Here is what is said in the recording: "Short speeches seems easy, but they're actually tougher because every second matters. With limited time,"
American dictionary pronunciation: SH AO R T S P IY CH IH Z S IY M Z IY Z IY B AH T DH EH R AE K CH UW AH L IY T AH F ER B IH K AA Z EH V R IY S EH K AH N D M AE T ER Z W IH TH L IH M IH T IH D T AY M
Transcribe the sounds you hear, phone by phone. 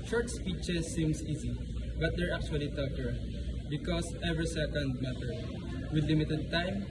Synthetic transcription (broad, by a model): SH AO R T S P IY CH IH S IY M S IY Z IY B AH T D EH R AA K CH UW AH L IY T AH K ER B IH K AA S EH V R IY S EH K AH N D M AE T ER W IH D L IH M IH T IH D T AY M